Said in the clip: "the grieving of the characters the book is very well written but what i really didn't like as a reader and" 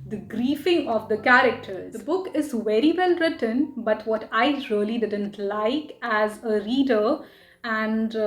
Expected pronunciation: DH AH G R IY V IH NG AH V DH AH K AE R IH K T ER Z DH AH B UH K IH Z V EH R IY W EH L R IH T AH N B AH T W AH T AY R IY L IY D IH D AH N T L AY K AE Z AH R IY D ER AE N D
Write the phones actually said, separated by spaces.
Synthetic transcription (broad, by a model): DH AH G R IY F IH NG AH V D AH K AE R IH K T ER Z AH B UH K IH Z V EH R IY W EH L R IH T AH N B AH T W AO T AY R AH L IY D IH D AH N T L AY K AE Z AH R IY D ER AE N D